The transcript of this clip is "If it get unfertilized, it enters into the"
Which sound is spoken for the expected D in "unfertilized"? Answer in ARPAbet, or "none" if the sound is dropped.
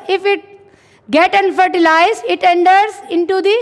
none